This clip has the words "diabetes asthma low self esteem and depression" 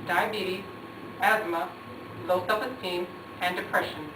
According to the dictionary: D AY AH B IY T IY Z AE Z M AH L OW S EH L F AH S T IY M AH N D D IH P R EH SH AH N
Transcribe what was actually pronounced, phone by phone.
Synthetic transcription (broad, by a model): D AY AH B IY T IY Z AE Z M AH L OW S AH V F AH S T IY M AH N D D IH P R EH SH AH N